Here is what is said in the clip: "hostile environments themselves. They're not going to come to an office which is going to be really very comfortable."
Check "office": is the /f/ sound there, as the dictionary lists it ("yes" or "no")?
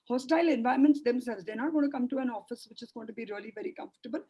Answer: yes